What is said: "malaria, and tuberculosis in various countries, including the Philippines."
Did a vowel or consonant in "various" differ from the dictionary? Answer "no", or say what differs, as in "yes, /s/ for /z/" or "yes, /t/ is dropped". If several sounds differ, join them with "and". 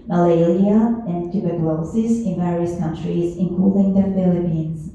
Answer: no